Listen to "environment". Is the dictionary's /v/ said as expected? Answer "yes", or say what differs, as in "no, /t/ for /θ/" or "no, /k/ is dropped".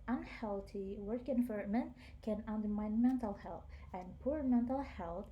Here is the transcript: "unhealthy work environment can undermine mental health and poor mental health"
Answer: no, /f/ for /v/